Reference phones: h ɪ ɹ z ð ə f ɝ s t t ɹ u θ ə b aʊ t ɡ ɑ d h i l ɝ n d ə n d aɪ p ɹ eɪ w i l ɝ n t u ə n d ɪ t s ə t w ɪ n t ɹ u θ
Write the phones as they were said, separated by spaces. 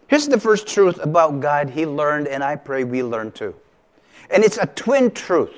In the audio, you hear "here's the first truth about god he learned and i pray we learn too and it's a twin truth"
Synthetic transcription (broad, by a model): h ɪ ɹ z ð ə f ɝ s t t ɹ u θ ə b aʊ t ɡ ɑ d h i l ɝ n d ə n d aɪ p ɹ eɪ w i l ɝ n t u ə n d ɪ t s ə t w ɪ n t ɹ u θ